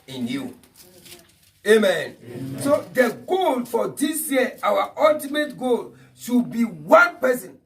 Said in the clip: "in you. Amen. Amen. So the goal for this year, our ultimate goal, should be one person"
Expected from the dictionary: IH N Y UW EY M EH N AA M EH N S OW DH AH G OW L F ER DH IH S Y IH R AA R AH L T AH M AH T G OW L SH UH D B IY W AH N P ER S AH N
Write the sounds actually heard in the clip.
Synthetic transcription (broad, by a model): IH N Y UW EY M M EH N S OW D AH G OW L F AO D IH S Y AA W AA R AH L T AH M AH T G OW L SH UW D B IY W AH N P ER S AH N